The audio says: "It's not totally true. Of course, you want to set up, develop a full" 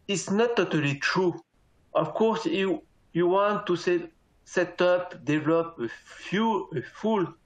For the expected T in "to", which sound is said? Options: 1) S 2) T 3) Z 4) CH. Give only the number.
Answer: 1